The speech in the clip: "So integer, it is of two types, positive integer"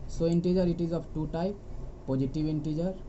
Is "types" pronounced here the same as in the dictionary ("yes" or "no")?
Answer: no